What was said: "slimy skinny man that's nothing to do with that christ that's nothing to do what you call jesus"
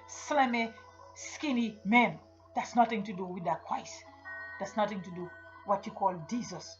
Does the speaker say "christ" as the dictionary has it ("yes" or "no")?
no